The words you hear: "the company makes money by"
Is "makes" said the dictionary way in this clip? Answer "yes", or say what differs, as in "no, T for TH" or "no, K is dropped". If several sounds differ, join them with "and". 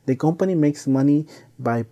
yes